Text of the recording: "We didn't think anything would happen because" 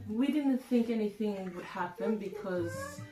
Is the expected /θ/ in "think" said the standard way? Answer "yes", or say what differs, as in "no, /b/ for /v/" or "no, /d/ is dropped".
yes